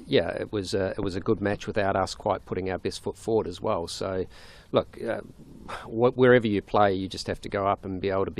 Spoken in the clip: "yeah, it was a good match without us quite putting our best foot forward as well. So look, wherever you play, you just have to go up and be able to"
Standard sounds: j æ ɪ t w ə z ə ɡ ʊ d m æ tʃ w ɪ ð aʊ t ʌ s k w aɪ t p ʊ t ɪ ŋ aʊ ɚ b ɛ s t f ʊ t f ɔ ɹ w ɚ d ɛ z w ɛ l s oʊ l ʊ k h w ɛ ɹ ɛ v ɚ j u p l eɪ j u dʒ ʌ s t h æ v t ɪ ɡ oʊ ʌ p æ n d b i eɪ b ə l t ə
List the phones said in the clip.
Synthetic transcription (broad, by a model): j æ ɪ t w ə z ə ɡ ʊ d m æ tʃ w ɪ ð aʊ t ʌ s k w aɪ t p ʊ t ɪ ŋ aʊ ɚ b ɛ s t f ʊ t f ɔ ɹ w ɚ d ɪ z w ɛ l s oʊ l ʊ k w w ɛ ɹ ɛ v ɚ j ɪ p l eɪ j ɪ dʒ ʌ s t h æ f t ɪ ɡ oʊ ʌ p n b i eɪ b l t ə